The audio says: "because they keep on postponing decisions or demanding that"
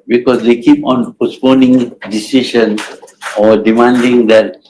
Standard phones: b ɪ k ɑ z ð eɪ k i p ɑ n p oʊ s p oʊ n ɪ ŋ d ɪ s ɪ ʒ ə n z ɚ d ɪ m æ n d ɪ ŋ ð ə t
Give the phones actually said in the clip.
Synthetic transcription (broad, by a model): b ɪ k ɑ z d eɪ k i p ɑ n p oʊ s p oʊ n ɪ ŋ d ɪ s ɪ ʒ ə n ɔ d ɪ m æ n d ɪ ŋ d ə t